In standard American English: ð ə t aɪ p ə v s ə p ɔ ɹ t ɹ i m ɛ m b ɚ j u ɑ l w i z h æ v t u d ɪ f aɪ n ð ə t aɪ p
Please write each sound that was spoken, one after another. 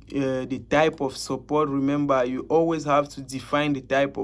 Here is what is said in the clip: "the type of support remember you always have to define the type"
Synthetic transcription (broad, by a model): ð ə t aɪ p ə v s ə p ɔ ɹ t ɹ i m ɛ m b ɚ j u ɑ l w i z h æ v t u d ɪ f aɪ n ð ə t aɪ p